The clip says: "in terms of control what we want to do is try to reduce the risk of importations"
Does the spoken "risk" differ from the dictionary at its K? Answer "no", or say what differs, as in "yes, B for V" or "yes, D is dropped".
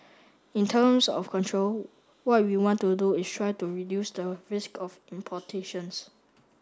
no